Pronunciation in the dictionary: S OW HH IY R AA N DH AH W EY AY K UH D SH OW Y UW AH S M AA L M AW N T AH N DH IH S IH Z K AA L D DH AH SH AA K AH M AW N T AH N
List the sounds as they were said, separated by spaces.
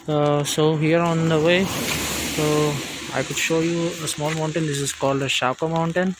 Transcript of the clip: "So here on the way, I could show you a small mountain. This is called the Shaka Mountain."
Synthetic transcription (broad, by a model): S OW HH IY R AA N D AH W EY AY K UH D SH OW Y UW AH S M AA L M AW N T AH N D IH S IH Z K AA L D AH SH AA K AH M AW N T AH N